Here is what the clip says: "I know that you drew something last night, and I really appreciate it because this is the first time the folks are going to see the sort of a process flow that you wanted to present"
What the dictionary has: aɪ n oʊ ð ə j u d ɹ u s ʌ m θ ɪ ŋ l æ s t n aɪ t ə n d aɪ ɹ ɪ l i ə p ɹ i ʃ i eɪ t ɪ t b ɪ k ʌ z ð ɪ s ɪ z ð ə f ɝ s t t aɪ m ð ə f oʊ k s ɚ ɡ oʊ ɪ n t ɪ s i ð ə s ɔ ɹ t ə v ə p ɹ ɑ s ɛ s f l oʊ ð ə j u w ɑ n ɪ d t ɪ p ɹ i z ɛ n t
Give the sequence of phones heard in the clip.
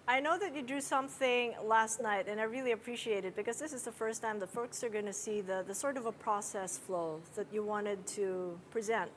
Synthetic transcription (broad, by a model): aɪ n oʊ ð ə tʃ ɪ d u s ʌ m θ ɪ ŋ l æ s t n aɪ t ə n aɪ ɹ ɪ l i ə p ɹ i ʃ i eɪ t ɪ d b ɪ k ʌ z ð ɪ s ɪ z ð ə f ɝ s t t aɪ m ð ə f oʊ k s ɚ ɡ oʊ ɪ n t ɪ s i ð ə s ɔ ɹ t ə v ə p ɹ ɑ s ɛ s f l oʊ ð ə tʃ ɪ w ɑ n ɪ d t ɪ p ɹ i z ɛ n t